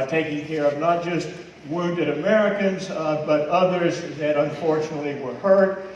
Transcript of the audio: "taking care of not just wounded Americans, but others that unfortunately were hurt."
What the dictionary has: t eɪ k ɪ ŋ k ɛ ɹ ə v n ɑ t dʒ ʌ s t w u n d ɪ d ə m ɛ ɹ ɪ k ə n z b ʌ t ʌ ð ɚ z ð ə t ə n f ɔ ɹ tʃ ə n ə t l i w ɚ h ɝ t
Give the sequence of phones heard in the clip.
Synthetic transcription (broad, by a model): t eɪ k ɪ ŋ k ɛ ɹ ə v n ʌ t dʒ ʌ s t w u n d ɪ d ə m ɛ ɹ ɪ k ə n z b ʌ t ʌ ð ɚ z ð ə t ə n f ɔ ɹ tʃ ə n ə t l i w ɚ h ɝ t